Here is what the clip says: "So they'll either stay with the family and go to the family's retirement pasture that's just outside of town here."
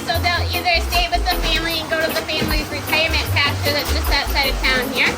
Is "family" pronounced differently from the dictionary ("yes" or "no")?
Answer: no